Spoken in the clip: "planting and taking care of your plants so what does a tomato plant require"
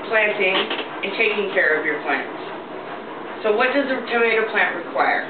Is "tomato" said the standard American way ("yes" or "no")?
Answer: no